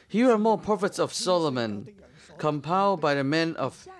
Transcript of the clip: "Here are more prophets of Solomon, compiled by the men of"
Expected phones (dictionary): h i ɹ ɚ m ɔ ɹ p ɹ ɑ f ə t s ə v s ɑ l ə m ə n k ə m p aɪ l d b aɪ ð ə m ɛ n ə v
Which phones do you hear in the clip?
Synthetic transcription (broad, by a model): h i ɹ ɚ m ɔ ɹ p ɑ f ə t s ə v s ɑ l ə m ə n k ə m p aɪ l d b aɪ ð ə m ɛ n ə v